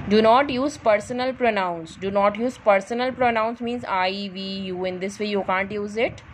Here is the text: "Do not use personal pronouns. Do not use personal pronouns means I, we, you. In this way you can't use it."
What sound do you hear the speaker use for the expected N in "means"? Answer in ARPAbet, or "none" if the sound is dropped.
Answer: N